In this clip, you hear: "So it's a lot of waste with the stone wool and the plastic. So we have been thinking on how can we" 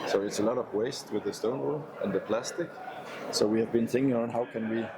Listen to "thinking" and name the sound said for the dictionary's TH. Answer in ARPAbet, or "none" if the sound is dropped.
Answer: TH